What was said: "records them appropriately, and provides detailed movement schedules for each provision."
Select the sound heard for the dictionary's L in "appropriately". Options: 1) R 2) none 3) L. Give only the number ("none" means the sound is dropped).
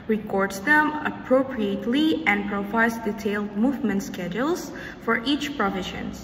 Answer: 3